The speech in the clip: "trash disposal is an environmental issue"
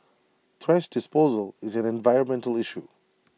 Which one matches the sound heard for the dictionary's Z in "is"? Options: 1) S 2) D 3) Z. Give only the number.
3